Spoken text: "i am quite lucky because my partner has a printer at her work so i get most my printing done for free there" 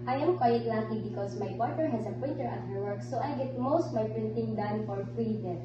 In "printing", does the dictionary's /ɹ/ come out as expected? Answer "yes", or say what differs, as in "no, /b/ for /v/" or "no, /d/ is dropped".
yes